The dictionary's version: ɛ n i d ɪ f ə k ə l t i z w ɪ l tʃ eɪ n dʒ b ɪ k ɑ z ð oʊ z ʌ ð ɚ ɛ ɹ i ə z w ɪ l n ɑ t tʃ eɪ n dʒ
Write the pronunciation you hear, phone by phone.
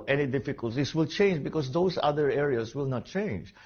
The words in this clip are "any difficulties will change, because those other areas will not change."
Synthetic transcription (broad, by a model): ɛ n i d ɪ f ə k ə l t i s w ɪ l tʃ eɪ n dʒ b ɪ k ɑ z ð oʊ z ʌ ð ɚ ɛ ɹ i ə s w ɪ l n ɑ t tʃ eɪ n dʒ